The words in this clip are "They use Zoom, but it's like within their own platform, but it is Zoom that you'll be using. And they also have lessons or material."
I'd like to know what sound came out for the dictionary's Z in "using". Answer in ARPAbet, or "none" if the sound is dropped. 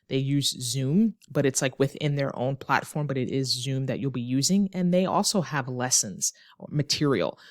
Z